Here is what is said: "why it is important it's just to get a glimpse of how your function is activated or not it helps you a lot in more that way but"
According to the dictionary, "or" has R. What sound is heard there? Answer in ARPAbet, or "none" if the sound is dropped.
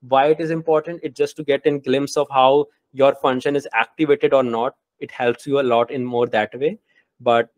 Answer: R